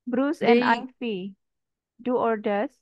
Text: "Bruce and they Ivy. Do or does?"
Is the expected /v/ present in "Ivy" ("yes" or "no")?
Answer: no